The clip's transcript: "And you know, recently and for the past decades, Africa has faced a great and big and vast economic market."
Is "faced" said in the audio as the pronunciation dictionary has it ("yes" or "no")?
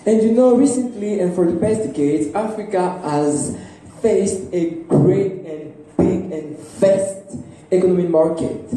yes